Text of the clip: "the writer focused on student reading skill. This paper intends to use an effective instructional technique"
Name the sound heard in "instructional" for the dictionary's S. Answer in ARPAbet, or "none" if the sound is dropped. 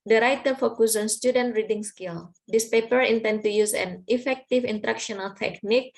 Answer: none